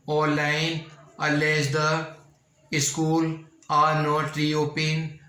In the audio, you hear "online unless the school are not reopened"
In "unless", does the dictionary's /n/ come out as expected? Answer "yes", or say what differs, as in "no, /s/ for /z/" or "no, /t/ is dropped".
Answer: no, /n/ is dropped